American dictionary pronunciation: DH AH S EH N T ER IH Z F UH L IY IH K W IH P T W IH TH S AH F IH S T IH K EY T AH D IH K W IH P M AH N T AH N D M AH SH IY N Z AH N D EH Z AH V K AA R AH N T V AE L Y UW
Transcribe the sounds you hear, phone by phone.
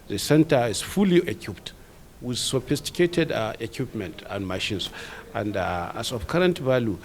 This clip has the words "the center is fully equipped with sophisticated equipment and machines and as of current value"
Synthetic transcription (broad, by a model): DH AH S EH N T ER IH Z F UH L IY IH K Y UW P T W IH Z S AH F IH S T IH K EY T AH D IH K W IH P M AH N T AH N D M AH SH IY N S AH N D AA S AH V K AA R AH N T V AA L Y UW